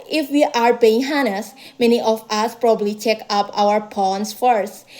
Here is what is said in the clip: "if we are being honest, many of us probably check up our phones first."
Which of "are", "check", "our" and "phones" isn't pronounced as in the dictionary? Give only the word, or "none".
phones